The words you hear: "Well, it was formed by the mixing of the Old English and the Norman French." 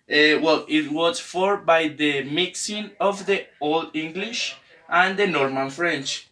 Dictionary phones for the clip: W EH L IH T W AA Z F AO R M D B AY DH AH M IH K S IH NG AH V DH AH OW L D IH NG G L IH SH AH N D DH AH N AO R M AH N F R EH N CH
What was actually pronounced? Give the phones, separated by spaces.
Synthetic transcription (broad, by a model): W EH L IH T W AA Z F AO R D B AY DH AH M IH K S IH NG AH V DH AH OW L D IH NG G L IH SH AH N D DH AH N AO R M AH N F R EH N CH